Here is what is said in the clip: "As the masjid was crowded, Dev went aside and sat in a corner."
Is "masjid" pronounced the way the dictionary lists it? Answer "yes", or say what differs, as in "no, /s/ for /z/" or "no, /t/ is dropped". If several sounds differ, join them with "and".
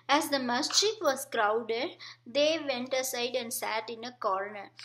no, /tʃ/ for /dʒ/